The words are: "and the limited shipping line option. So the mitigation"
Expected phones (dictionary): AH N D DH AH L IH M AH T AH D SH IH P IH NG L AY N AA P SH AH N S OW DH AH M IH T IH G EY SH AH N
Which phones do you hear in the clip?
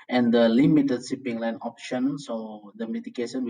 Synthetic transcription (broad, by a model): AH N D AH L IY M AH T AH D S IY P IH NG L AY N AA P SH AH N S OW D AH M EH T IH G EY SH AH N